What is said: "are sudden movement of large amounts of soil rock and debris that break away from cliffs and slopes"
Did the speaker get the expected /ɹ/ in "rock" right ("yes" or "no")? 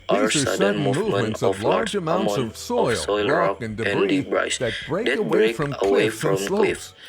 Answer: no